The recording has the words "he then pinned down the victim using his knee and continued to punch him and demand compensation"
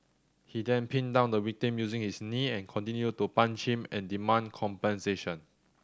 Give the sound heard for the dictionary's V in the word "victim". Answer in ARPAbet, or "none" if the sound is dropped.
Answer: W